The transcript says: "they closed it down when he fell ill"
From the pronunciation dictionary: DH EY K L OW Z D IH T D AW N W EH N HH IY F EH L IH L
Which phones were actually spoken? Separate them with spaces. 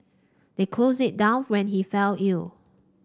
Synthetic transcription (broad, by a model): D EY K L OW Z IH T D AW N W EH N HH IY F EH L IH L